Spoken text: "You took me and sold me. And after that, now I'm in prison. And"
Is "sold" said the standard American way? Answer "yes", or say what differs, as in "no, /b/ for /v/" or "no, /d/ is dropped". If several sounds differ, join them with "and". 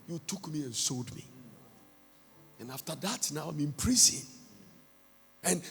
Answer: yes